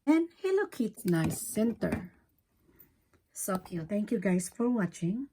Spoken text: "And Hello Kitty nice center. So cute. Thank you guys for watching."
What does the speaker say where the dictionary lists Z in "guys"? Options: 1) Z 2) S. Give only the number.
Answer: 2